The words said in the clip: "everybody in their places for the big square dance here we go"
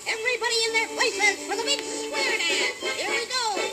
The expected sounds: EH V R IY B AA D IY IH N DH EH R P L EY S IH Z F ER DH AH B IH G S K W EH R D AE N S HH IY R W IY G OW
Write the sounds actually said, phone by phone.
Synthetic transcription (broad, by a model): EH V R IY B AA D IY IH N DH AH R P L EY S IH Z F ER DH AH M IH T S W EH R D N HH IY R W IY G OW